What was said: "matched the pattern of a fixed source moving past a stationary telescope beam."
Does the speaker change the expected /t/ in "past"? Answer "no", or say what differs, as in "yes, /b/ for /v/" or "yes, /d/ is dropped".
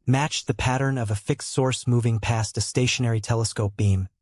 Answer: no